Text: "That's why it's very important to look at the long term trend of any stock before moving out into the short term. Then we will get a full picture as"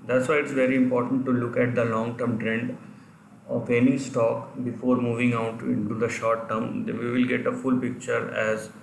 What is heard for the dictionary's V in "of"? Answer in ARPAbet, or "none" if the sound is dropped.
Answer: P